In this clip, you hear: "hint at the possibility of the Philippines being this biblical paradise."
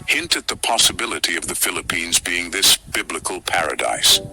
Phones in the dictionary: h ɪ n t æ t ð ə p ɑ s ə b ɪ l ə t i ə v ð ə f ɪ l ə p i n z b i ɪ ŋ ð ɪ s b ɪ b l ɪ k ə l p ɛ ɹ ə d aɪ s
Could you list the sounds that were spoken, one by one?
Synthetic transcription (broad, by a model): h ɪ n t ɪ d ð ə p ɑ s ə b ɪ l ə t i ə v ð ə f ɪ l ə p i n z b i ɪ ŋ ð ɪ s b ɪ b l ɪ k ə l p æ ɹ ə d aɪ s